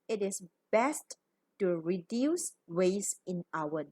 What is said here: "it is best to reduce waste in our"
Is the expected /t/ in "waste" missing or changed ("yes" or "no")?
yes